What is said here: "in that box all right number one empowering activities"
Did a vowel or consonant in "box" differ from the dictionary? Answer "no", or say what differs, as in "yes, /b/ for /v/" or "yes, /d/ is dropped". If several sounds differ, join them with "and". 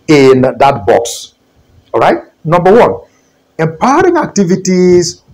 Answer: no